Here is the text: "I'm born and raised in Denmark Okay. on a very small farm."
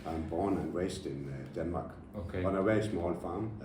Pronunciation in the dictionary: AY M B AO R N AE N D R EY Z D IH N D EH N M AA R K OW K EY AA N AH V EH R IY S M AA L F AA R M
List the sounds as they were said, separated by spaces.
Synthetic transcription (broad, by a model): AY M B AO N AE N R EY S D IH N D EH N M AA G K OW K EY AA N AH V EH IY S M AA L F AA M